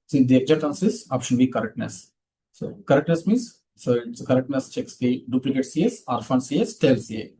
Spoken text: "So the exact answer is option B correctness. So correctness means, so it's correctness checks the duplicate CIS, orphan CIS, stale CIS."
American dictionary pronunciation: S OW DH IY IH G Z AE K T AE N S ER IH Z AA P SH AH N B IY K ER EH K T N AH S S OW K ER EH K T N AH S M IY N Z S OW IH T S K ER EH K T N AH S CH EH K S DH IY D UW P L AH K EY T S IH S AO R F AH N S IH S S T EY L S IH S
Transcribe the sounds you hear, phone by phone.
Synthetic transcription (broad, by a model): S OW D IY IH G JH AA T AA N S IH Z AA P SH AH N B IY K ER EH K T N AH S S OW K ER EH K T N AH S M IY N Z S OW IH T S K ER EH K T N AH S CH EH K S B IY D UW P L AH K EY T S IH S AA R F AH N S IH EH S T EY L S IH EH